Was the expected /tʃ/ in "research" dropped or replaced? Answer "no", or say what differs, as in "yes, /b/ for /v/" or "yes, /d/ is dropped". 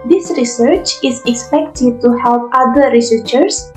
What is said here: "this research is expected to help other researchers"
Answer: no